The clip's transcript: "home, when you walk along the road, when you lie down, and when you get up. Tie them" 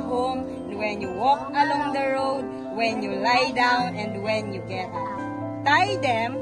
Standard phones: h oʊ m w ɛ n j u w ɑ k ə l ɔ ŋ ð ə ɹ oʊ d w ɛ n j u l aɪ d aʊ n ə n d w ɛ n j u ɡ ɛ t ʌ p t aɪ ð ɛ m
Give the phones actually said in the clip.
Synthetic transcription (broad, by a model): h oʊ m w ɛ n j u w ɑ k ə l ɔ ŋ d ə ɹ oʊ d w ɛ n j u l aɪ d aʊ n ə n d w ɛ n j u ɡ ɛ t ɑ t aɪ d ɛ m